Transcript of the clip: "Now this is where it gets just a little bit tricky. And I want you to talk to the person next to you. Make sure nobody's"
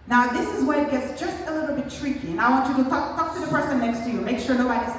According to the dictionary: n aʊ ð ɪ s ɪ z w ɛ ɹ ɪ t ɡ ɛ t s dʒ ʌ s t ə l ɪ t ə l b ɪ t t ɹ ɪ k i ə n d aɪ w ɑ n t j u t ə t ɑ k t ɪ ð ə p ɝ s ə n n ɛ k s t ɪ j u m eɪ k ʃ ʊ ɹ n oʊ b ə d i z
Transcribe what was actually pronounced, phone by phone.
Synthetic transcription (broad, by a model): n aʊ ð ɪ s ɪ z w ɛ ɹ ɪ t ɡ ɛ t s dʒ ʌ s t ə l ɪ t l b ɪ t t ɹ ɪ k i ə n aɪ w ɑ n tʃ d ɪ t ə t ɑ k t ɪ ð ə p ɝ s ə n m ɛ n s t ɪ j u m eɪ k ʃ ʊ ɹ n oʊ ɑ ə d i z